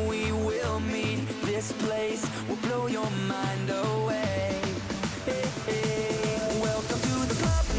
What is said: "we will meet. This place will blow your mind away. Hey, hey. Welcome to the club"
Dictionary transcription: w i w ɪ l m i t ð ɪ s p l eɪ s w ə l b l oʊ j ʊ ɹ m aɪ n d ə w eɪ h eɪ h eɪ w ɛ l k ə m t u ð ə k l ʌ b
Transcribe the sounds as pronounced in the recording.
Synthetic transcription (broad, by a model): w i w ɪ l m i t ð ɪ s p l eɪ s w ə l b l oʊ j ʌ ɹ m aɪ n d ə w eɪ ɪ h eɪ w ɛ l k ə m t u ð ə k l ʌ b